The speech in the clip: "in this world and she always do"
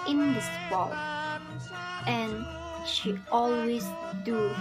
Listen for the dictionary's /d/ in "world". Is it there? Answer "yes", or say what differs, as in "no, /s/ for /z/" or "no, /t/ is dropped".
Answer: no, /d/ is dropped